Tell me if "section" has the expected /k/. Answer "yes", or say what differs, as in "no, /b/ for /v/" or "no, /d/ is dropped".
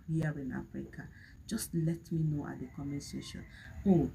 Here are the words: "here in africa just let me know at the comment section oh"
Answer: no, /k/ is dropped